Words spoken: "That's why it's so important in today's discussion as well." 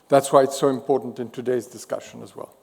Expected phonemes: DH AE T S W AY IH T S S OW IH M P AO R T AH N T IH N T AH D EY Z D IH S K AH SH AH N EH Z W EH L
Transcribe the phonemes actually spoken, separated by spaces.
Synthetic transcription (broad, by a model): DH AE T S W AY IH T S S OW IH M P AO R T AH N T IH N T AH D EY Z D IH S K AH SH AH N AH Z W EH L